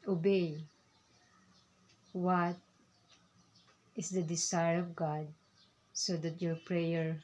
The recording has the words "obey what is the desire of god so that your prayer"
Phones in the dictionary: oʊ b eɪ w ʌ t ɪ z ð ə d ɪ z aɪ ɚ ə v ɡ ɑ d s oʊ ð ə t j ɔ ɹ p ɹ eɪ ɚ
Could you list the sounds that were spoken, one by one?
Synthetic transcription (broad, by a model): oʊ b eɪ w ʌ t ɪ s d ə d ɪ s aɪ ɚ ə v ɡ ɑ d s oʊ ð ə t j ɔ ɹ p ɹ eɪ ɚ